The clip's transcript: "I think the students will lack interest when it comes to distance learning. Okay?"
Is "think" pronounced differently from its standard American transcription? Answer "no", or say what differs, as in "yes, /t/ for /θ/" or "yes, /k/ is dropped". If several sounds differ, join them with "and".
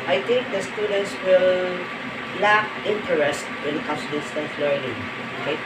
yes, /t/ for /θ/